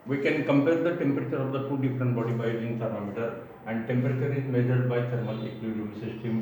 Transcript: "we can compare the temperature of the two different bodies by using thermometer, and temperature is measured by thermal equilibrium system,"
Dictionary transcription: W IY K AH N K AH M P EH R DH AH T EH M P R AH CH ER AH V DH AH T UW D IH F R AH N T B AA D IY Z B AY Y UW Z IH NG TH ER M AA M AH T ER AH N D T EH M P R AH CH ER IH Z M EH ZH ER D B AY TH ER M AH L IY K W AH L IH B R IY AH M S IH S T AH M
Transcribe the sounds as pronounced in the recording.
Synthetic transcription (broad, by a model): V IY K AH N K AH M P EH R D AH T EH M P R AH CH ER AH V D AH T UW D IH F R AH N T B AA D IY B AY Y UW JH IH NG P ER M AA M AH T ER AH N D T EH M P R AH CH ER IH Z M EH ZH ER D B AY T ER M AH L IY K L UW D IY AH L S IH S T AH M